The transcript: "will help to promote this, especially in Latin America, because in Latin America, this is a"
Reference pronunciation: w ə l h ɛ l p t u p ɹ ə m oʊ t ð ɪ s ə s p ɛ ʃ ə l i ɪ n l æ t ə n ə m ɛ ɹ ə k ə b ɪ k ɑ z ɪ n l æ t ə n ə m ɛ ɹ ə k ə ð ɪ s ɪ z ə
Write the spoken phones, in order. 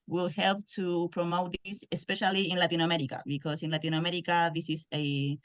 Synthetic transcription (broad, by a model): w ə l h ɛ l p t u p ɹ ə m oʊ t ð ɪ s ə s p ɛ ʃ ə l i ɪ n l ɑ t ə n ə m ɛ ɹ ə k ə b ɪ k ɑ s ɪ n l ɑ t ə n ə m ɛ ɹ ə k ə ð ɪ s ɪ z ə